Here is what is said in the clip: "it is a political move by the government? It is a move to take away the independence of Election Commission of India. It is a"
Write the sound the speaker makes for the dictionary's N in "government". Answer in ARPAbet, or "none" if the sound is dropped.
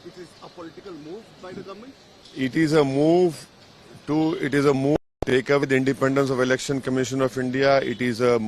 none